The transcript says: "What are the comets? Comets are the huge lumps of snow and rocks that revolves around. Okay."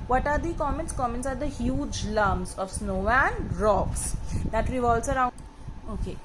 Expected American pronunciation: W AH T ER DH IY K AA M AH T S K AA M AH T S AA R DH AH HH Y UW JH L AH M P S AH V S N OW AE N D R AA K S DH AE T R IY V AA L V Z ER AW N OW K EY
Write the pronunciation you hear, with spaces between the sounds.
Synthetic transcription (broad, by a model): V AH T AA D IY K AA M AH T S K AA M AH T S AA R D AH HH Y UW JH L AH M S AH V S N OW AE N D R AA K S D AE T R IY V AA L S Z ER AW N OW K EY